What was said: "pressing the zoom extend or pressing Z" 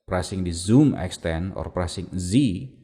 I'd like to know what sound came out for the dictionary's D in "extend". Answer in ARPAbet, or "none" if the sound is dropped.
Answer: none